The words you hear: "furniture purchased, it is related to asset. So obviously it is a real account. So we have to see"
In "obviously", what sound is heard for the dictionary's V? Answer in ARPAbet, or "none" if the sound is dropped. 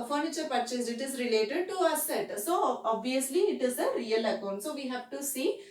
V